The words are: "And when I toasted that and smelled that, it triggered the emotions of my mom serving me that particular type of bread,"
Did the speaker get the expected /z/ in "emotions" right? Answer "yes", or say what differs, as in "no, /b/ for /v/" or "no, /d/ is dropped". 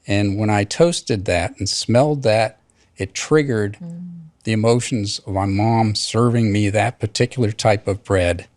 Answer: yes